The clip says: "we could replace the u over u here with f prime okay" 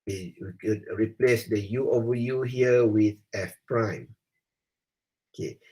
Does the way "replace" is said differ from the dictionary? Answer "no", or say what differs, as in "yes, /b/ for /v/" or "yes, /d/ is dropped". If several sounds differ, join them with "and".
no